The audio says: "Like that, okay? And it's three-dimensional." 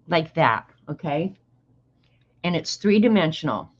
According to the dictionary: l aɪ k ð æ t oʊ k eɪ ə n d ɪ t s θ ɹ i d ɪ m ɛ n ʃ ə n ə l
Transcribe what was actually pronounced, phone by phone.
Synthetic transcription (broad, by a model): l aɪ k ð æ t oʊ k eɪ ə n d ɪ t s θ ɹ i d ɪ m ɛ n ʃ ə n l